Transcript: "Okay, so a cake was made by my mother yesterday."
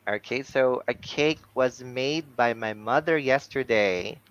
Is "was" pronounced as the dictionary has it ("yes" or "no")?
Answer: yes